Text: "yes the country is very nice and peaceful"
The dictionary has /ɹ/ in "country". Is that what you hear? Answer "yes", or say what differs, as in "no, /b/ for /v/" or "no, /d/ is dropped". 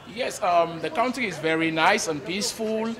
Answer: no, /ɹ/ is dropped